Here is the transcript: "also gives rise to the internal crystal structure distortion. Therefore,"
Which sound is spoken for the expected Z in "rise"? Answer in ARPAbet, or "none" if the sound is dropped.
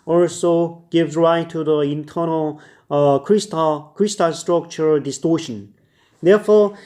none